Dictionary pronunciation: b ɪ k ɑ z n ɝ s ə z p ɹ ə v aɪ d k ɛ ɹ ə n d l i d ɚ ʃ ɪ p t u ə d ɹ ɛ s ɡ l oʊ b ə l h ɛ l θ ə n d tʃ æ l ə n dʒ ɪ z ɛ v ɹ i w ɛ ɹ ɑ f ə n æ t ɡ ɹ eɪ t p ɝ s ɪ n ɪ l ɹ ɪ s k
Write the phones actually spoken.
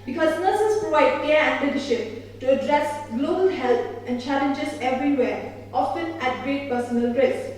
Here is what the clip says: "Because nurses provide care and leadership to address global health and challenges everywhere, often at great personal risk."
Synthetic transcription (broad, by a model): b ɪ k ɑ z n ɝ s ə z p ɹ ə v aɪ d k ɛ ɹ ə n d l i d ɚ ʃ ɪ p t u ə d ɹ ɛ s ɡ l oʊ b ə l h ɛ l t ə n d tʃ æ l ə n dʒ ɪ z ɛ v ɹ i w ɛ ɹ ɑ f ə n æ t ɡ ɹ eɪ t p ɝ s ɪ n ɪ l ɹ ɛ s